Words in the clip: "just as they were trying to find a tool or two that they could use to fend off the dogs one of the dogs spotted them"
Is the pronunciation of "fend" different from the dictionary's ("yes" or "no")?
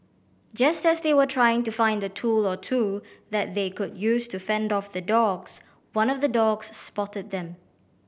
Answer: no